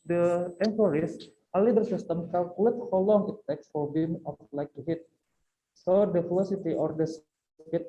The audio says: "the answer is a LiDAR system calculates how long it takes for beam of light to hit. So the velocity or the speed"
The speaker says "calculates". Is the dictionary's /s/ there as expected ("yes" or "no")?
no